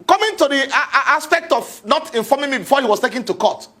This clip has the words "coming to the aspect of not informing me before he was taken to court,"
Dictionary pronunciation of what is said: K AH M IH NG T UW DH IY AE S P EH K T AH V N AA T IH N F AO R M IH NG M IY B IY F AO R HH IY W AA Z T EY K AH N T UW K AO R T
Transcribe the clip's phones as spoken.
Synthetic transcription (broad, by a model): K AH M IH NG T UW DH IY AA S P EH K T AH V N AA T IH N F AO M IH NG M IY B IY F AO HH IY W AA S T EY K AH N T UW K AO T